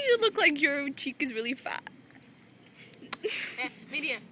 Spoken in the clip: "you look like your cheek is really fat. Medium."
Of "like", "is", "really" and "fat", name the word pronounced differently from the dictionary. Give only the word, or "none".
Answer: none